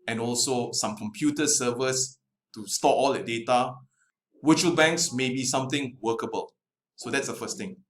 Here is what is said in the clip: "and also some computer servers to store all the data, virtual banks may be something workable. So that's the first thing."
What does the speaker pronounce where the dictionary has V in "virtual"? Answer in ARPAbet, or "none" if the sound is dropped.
W